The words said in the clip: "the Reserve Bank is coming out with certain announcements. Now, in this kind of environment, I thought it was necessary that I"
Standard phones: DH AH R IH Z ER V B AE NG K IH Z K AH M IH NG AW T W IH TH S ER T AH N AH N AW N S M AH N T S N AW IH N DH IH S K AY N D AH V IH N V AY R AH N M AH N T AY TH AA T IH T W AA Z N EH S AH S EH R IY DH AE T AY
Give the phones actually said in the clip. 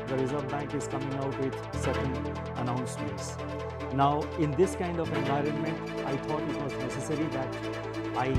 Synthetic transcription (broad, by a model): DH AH R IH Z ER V B AE NG K IH Z K AH M IH NG AW T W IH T S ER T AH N AH N AW N S M AH N T S N AW IH N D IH S K AY N D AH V IH N V AY R AH N M AH N T AY T AA T IH T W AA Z N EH S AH S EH R IY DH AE T AY